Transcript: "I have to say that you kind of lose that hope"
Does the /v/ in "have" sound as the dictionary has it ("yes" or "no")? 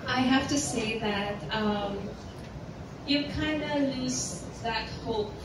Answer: no